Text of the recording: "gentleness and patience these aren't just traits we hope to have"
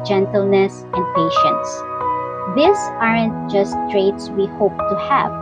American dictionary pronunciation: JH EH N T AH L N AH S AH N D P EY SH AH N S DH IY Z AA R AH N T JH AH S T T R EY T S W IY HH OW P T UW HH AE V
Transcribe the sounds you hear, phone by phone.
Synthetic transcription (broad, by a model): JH EH N T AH L N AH S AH N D P EY SH AH N S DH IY S AA R AH N T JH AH S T T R EY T S W IY HH OW P T UW HH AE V